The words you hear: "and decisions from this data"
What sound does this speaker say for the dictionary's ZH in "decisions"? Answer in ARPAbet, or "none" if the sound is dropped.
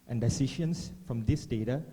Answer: SH